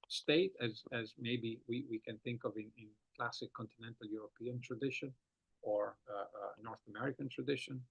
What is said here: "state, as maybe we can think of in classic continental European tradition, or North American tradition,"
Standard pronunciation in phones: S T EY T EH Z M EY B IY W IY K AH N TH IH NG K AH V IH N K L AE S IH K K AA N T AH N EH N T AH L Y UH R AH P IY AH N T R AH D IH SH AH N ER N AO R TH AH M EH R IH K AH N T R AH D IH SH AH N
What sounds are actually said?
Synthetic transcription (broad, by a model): S T EY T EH Z M EY B IY W IY K AH N TH IH NG K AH V IH N K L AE S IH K K AA N T AH N EH N T AH L Y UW R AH P IY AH N T R AH D IH SH AH N ER N AO R TH AH M EH R IH K AH N T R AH D IH SH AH N